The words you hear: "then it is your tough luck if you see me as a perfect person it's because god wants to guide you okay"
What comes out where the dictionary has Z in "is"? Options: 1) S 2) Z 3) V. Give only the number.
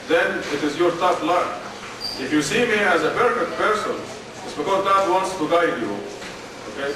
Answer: 2